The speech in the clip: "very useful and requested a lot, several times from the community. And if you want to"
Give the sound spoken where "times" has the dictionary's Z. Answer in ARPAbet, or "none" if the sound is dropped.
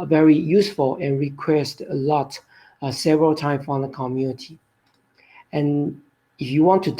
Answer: none